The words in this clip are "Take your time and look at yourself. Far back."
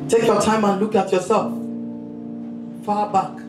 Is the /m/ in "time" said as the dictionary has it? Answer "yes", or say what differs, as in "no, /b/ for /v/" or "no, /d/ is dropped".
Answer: yes